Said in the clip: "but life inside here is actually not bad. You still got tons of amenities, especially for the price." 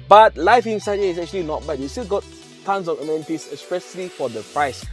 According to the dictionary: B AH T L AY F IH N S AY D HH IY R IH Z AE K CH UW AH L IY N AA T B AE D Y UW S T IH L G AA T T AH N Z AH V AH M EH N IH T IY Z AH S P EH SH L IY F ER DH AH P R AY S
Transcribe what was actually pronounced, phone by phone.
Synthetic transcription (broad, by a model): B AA T L AY F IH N S AY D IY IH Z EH K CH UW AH L IY N AA T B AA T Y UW S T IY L G AA T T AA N S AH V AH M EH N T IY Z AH S P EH S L IY F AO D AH P R AY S